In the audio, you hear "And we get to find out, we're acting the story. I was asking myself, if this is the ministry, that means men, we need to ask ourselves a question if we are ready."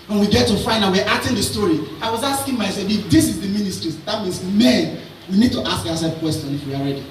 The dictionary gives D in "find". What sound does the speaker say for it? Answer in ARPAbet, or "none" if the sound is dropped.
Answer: none